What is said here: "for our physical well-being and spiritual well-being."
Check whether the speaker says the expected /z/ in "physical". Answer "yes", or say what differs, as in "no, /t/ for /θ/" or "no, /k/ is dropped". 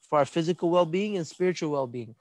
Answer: yes